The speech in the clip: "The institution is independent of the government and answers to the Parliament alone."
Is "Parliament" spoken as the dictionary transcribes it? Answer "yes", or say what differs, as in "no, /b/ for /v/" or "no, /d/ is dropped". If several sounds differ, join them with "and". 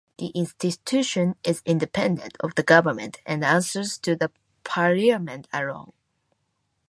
no, /l/ is dropped